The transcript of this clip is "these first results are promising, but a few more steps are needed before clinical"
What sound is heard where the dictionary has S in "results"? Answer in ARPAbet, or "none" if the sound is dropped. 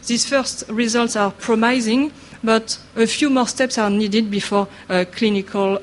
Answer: S